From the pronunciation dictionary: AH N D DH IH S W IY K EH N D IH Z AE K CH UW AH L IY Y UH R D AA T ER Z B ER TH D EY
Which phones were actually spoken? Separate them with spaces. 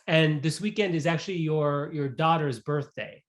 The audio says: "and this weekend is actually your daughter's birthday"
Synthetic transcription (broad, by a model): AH N DH IH S W IY K EH N D IH Z AE K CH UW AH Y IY Y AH R D AA T ER Z B ER TH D EY